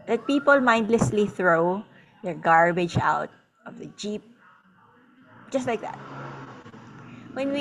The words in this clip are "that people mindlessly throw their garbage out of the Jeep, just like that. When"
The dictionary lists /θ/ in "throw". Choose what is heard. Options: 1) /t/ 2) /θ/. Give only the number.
2